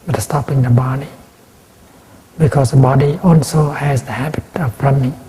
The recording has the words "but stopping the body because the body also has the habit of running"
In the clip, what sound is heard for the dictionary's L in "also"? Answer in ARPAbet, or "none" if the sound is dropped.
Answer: L